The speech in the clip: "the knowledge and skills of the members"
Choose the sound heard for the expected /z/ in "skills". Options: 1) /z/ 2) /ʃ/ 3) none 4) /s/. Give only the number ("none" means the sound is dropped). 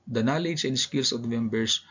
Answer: 4